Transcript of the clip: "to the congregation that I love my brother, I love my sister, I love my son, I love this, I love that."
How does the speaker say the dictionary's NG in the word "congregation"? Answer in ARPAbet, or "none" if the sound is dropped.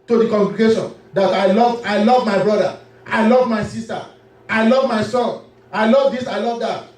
NG